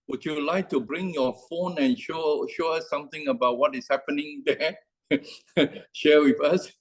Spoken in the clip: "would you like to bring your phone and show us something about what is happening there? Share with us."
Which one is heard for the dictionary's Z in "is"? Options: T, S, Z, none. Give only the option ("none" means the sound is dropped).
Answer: S